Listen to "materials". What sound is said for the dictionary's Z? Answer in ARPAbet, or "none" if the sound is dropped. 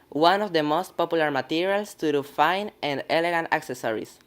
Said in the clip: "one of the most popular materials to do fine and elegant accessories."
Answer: S